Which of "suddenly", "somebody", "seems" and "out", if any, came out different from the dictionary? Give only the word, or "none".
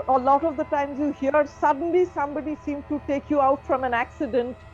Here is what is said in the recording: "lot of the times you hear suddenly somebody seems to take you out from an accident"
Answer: seems